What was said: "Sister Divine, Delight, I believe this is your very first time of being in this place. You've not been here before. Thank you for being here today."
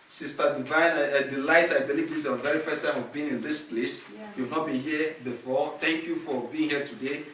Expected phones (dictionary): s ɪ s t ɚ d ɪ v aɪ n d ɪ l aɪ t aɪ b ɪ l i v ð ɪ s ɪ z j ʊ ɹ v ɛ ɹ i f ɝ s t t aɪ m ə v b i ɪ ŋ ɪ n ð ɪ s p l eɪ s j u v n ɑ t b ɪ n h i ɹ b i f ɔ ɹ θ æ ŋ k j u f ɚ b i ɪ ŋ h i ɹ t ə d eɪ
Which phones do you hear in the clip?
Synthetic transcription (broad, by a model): s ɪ s t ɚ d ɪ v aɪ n d ɪ l aɪ t aɪ b ɪ l i v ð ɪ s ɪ v ɛ ɹ i f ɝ s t t aɪ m ə v b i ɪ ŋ ɪ n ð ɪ s p l eɪ s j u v n ɑ t b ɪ h i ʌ b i f ɔ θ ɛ ŋ k j u f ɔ b i ɪ ŋ h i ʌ t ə d eɪ